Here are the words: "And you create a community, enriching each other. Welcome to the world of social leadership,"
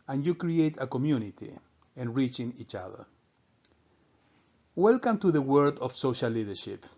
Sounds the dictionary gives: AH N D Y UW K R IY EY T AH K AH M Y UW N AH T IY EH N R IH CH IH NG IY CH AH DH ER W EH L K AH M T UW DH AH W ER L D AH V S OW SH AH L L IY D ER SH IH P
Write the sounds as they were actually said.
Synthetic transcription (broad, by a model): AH N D Y UW K R IY EY T AH K AH M Y UW N AH T IY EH N R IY CH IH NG IY CH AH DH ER W EH L K AH M T UW DH AH W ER D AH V S OW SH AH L L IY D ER SH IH P